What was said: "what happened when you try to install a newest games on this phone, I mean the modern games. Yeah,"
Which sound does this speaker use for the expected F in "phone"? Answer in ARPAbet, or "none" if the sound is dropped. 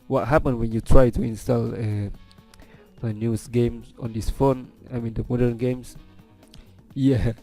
F